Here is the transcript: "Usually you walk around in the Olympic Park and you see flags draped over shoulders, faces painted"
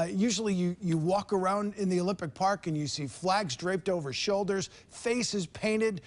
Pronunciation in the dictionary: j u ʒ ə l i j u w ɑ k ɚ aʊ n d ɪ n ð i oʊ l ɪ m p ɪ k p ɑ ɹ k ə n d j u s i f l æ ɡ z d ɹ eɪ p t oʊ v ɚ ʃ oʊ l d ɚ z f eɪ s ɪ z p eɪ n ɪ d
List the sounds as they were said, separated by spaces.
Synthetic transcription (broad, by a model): j u ʒ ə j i j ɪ w ɑ k ɚ aʊ n d ɪ n ð i oʊ l ɪ m p ɪ k p ɑ ɹ k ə n j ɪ s i f l æ ɡ z d ɹ eɪ p t oʊ v ɚ ʃ oʊ l d ɚ z f eɪ s ɪ z p eɪ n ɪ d